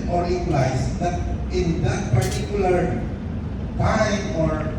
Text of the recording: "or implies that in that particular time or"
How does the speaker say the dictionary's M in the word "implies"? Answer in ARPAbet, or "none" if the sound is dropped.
none